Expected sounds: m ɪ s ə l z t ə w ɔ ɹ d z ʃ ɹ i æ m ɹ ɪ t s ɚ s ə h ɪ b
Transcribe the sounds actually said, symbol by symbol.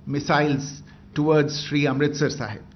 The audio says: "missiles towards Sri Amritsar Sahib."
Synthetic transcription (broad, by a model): m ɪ s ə l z t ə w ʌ ɹ d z ʃ ɹ i æ m ɹ ɪ t s ɚ s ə h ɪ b